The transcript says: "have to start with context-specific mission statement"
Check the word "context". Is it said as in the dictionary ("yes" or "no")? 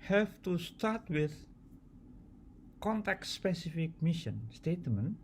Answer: no